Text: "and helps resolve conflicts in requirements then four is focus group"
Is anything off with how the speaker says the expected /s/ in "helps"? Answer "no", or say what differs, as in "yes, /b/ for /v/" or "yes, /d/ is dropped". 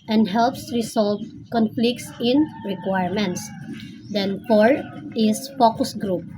no